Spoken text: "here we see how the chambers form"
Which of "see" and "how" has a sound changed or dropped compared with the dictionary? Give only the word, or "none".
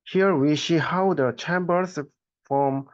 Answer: see